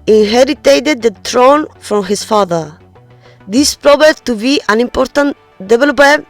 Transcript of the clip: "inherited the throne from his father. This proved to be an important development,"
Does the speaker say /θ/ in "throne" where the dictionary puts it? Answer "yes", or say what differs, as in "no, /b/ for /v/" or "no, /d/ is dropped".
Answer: no, /t/ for /θ/